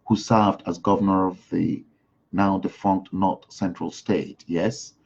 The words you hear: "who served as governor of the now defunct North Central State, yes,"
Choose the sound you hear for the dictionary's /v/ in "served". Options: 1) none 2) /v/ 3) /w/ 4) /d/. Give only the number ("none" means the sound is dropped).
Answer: 2